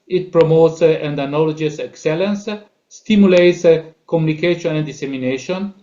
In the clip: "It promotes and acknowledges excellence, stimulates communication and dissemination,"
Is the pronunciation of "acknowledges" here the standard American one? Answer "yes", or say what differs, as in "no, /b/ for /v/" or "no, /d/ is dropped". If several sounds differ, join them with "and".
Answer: no, /k/ is dropped